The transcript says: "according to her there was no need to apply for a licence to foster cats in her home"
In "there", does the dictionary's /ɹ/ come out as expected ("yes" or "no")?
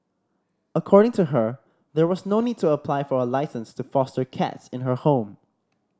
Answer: yes